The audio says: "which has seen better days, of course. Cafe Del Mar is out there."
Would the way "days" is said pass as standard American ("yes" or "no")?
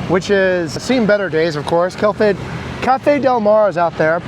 yes